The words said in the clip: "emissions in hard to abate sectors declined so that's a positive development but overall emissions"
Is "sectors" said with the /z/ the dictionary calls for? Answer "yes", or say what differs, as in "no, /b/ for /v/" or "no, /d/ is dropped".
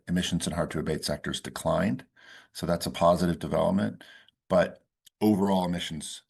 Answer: yes